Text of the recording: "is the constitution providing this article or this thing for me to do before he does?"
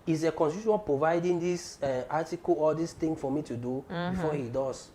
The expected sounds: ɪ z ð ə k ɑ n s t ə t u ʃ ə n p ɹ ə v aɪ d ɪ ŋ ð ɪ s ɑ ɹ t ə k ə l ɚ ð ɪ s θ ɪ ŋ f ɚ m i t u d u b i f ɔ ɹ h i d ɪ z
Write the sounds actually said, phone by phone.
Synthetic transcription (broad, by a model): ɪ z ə k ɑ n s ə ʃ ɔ ə p ɹ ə v aɪ d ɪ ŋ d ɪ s ɑ t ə k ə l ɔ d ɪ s t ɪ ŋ f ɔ m i t u d u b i f ɔ h i d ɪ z